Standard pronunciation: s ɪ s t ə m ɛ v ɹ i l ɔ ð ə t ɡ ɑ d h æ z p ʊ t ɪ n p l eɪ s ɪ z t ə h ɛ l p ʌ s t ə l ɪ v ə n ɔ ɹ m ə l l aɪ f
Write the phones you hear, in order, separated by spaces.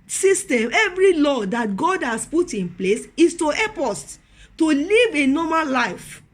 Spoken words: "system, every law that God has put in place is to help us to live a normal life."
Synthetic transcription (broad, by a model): s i s t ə m ɛ v ɹ i l ɔ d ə t ɡ ɑ d h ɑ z p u t ɪ n p l eɪ s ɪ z t ə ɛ p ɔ s t ə l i v ə n ɔ m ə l l aɪ f